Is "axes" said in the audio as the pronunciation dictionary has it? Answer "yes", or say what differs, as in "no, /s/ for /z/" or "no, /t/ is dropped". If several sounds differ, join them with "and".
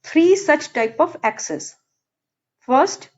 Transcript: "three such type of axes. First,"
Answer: no, /s/ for /z/